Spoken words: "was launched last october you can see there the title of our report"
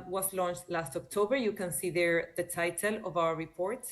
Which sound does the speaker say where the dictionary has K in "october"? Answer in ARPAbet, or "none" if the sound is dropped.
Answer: K